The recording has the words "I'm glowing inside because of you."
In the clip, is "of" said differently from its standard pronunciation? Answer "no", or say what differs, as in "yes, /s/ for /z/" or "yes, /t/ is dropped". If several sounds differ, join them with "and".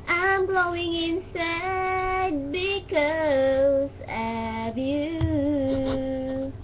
yes, /b/ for /v/